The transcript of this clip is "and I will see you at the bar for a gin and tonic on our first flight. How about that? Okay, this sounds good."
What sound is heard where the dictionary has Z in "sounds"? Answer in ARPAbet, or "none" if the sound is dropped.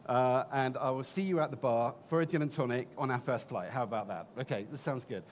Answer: Z